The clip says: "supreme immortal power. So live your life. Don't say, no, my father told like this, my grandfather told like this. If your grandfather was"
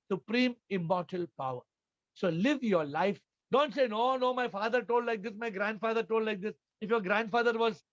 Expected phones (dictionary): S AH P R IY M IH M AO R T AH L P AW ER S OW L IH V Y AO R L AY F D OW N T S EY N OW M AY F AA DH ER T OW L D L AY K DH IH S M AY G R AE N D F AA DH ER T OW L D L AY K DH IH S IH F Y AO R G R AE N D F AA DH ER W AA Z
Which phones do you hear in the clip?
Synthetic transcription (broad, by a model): S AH P R IY M IH M AO R T AH L P AW ER S OW L IH V Y AO R L AY F D OW N T S EY N OW M AY F AA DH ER T OW L D L AY K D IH S M AY G R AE N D F AA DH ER T OW L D L AY K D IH S IH F Y AO R G R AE N D F AA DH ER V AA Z